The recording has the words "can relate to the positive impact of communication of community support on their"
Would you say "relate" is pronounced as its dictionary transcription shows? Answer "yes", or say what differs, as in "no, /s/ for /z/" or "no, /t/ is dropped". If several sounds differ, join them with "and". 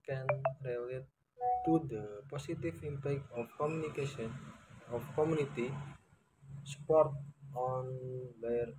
yes